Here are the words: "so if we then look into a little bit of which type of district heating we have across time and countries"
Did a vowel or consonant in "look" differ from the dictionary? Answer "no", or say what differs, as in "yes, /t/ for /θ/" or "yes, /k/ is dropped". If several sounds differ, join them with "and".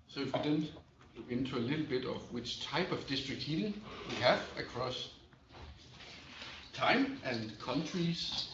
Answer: yes, /w/ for /l/ and /k/ is dropped